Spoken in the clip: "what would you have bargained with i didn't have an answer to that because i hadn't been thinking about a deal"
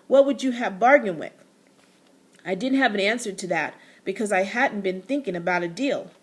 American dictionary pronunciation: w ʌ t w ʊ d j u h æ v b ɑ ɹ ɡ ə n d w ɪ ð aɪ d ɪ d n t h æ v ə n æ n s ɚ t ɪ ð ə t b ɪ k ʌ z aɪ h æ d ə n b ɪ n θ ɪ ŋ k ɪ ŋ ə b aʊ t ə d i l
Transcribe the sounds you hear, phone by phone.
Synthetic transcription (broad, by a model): w ʌ t w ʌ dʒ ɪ v b ɑ ɹ ɡ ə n w ɪ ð aɪ d ɪ d n t h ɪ v ə n æ n s ɚ t ɪ ð ə t b ɪ k ʌ z aɪ h æ d n b ɪ n θ ɪ ŋ k ɪ ŋ ə b aʊ t ə d i l